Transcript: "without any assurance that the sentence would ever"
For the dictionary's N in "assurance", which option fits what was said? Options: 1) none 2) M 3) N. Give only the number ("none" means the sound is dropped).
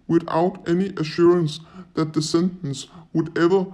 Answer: 3